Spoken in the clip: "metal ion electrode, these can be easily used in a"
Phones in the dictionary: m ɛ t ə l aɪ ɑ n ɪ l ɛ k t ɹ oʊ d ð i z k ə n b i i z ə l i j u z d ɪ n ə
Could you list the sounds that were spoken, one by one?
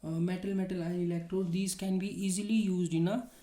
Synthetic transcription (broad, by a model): m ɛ t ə l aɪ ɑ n ɪ l ɛ k t ɹ oʊ d i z k ə n b i i z ə l i j u z d ɪ n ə